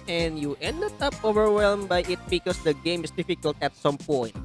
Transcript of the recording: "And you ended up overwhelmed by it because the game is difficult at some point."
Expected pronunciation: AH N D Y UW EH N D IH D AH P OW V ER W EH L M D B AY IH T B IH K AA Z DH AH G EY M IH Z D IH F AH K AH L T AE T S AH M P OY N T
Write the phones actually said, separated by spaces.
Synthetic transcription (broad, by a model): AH N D Y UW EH N D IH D AH P OW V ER W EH L M B AY IH T B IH K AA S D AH G EY M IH S D IH F AH K AH L T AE T S AH M P OY N T